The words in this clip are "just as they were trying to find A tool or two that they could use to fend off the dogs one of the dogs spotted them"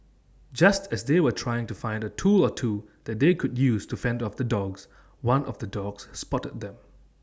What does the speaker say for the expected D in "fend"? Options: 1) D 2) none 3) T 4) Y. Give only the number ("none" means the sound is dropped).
1